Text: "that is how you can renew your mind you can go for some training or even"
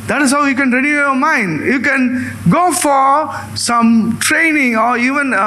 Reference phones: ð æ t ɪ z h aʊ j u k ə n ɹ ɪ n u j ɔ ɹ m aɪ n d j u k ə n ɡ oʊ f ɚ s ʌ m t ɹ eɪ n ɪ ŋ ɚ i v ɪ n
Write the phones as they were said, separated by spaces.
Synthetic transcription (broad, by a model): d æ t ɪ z h aʊ j u k ə n ɹ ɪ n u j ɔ m aɪ n d j u k ə n ɡ oʊ f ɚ s ʌ m t ɹ eɪ n ɪ ŋ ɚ i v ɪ n